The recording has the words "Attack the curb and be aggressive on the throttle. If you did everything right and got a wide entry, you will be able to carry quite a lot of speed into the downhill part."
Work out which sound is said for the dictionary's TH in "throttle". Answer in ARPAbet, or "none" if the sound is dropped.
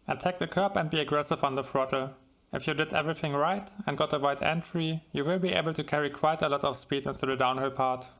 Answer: F